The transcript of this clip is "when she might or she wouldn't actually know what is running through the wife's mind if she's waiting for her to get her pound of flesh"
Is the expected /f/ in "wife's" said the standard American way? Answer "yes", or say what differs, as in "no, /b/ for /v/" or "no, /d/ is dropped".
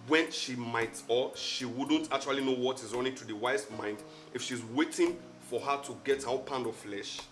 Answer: no, /f/ is dropped